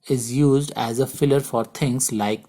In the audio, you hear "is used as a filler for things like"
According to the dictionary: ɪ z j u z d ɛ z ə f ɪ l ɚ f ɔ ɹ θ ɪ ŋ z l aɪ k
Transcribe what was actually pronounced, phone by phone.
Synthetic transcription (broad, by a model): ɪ z j u z d ɛ z ə f ɪ l ɚ f ɔ ɹ t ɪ ŋ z l aɪ k